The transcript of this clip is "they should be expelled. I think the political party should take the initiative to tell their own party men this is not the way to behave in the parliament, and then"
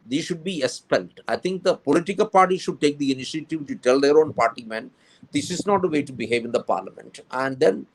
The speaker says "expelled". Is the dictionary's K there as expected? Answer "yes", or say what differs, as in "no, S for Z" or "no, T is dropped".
no, K is dropped